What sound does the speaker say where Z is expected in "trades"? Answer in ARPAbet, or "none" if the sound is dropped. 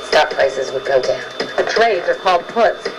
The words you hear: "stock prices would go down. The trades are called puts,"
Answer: Z